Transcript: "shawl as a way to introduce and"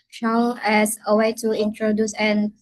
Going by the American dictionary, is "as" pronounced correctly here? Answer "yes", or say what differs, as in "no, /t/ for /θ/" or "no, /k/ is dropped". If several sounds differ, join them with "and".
no, /s/ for /z/